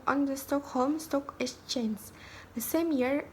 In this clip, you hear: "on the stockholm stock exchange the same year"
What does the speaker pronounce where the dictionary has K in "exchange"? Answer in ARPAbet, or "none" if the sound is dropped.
none